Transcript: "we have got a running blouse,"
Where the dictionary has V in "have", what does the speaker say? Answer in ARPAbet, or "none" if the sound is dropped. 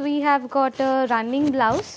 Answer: V